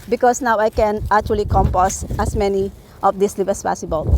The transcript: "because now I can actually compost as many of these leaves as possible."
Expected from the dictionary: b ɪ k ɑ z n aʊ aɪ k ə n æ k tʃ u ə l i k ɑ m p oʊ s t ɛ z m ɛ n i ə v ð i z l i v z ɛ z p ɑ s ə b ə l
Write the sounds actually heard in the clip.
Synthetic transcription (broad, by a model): b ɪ k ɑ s n aʊ aɪ k ə n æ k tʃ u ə l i k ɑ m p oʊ s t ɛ s m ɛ n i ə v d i s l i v ɛ s p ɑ s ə b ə l